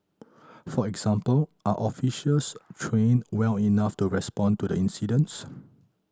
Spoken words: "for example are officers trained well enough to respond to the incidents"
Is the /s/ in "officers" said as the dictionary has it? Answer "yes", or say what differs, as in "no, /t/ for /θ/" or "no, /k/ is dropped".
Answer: no, /ʃ/ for /s/